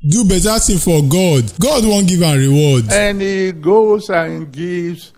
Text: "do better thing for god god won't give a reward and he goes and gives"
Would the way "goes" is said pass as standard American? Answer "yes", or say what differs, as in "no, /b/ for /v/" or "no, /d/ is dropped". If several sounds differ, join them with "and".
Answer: no, /s/ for /z/